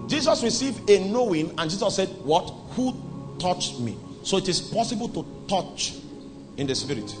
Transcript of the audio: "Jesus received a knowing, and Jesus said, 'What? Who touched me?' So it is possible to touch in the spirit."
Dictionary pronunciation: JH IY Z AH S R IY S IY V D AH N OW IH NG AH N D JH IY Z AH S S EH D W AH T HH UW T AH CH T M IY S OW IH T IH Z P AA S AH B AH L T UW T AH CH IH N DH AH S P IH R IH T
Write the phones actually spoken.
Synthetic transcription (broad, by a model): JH IY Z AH S R IY S IY V D AH N OW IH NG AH N JH IY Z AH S S EH D W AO T HH UW T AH CH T M IY S OW IH T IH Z P AA S AH B AH L T UW T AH CH IH N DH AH S P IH R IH T